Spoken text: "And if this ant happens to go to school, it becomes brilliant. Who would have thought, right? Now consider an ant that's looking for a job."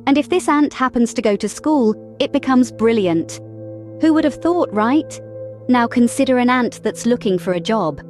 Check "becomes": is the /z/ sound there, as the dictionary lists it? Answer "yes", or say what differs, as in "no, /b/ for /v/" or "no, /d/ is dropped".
yes